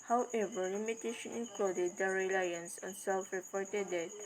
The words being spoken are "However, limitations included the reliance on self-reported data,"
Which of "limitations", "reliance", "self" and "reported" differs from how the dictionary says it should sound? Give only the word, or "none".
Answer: limitations